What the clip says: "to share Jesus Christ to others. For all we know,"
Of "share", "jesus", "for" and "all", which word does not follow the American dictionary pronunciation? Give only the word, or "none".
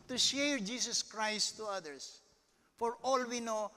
jesus